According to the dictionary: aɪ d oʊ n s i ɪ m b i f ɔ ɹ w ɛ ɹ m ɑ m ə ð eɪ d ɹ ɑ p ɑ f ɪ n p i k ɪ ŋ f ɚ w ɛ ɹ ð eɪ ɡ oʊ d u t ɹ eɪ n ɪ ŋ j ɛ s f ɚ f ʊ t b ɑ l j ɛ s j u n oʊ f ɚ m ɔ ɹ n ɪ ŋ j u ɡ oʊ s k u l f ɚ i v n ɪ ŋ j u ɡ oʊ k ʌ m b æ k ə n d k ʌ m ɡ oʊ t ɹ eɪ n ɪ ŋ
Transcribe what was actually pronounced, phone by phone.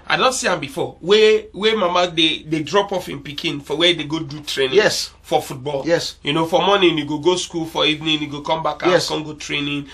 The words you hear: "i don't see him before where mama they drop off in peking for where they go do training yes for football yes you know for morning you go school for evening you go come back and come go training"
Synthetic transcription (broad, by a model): aɪ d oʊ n s i ɪ m b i f ɔ w w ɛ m m ɑ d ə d eɪ d ɹ ɑ p ɑ f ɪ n p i k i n f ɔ w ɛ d eɪ ɡ oʊ d u t ɹ eɪ n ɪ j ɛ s f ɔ f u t b ɑ l j ɛ s j u n oʊ f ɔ m ɔ n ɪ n j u ɡ oʊ s k u l f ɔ i v n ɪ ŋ j u ɡ oʊ k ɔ m b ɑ k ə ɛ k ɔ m ɡ oʊ t ɹ eɪ n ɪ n